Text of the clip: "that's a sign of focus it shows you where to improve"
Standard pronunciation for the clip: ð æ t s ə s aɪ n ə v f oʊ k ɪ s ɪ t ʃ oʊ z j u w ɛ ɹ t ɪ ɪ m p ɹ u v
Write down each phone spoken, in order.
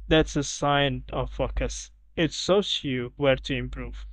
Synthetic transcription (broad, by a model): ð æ t s ə s aɪ n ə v f oʊ k ɪ s ɪ t s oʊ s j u w ɛ ɹ t ɪ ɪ m p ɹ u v